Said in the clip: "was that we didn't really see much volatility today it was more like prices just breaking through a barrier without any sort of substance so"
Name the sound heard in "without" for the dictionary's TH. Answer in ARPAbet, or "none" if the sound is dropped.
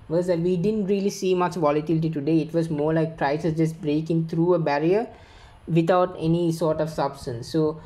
T